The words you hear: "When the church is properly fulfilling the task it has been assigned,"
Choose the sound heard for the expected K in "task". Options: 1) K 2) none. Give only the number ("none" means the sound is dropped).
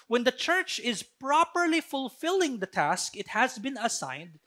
1